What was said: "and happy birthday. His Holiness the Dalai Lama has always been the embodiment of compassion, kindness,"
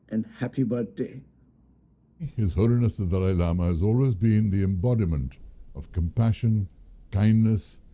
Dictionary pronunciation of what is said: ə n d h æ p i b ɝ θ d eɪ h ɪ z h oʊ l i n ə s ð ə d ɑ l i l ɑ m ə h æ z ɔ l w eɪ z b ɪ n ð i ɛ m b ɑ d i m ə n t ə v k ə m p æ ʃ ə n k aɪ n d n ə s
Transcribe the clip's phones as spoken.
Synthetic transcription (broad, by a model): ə n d h æ p i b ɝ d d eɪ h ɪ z h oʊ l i n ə s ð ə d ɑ ɪ l ɑ m ə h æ z ɔ l w eɪ z b ɪ n ð i ɛ m b ɑ d i m ə n t ə v k ə m p æ ʃ ə n k aɪ n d n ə s